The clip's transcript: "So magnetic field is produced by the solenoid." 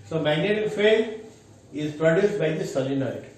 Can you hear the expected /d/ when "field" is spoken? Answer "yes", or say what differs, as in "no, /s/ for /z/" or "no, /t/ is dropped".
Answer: no, /d/ is dropped